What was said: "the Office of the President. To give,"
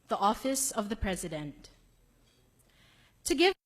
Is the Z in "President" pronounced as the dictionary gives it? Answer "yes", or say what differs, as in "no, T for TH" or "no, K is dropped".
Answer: yes